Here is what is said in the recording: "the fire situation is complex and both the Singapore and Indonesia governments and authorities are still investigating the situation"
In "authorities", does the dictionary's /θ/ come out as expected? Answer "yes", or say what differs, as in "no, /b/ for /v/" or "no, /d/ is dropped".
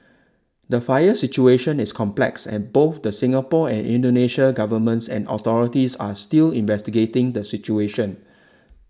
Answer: no, /t/ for /θ/